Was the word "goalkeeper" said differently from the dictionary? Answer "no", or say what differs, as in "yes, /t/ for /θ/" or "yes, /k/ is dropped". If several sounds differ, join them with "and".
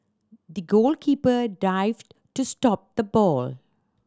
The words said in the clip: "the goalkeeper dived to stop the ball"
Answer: no